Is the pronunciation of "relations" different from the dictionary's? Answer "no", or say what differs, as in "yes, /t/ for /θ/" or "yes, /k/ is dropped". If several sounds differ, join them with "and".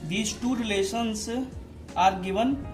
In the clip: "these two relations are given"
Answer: yes, /s/ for /ʃ/ and /s/ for /z/